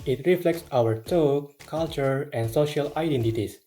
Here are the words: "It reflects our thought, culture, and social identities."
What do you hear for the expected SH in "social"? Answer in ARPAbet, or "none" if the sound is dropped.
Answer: SH